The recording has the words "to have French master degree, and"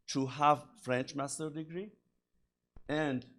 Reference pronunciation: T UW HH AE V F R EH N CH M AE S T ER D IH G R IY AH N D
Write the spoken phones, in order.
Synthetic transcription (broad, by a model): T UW HH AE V F R EH N CH M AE S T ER D IH G R IY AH N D